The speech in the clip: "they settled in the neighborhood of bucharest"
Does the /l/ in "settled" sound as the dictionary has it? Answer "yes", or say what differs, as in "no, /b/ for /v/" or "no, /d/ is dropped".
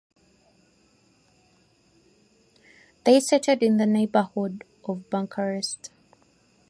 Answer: no, /l/ is dropped